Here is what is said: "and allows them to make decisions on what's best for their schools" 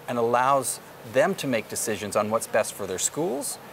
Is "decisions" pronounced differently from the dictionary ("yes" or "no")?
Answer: no